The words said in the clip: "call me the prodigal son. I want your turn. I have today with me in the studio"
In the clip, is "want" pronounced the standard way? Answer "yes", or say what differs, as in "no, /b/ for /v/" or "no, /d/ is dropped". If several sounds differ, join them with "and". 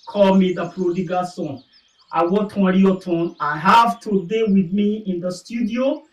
no, /n/ is dropped